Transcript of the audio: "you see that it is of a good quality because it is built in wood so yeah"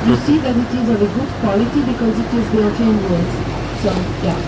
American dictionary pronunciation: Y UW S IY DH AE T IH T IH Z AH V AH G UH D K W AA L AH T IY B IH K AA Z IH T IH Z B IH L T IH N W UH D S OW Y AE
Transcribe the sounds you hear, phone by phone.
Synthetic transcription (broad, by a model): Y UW S IY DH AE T IH T IH Z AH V AH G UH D K W AA L AH T IY B IH K AA Z IH T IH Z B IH T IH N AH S S OW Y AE